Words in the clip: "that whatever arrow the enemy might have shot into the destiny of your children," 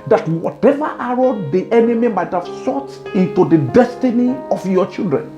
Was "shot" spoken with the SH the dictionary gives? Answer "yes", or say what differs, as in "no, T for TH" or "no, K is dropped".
no, S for SH